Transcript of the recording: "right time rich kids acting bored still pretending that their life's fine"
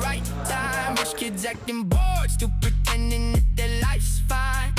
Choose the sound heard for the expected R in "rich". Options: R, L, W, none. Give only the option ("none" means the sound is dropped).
W